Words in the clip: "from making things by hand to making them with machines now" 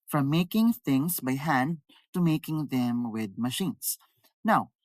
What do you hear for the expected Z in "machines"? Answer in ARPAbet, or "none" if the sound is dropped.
S